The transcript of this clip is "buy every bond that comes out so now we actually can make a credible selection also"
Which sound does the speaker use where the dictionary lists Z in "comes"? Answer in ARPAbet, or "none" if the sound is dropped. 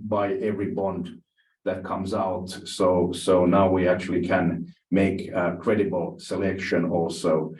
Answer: Z